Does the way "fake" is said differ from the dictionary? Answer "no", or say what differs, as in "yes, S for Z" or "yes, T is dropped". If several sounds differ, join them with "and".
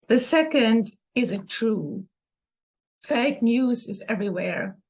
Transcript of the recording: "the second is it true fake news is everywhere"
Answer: no